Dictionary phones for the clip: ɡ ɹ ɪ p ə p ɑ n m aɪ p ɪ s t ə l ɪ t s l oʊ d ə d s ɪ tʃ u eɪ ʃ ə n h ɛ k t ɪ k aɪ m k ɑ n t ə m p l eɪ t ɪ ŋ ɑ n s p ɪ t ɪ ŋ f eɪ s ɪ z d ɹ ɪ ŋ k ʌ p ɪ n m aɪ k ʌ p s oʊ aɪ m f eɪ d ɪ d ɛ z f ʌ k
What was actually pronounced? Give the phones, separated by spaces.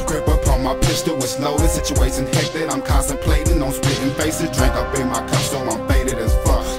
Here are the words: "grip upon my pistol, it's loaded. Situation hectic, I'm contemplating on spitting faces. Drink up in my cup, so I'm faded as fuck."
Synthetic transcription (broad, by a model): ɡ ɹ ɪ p ə p ɑ n m aɪ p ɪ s t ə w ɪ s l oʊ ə s ɪ tʃ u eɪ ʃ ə n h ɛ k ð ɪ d aɪ m k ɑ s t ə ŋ p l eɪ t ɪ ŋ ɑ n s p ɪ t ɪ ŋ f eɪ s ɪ d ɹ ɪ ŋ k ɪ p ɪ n m aɪ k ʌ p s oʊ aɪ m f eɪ d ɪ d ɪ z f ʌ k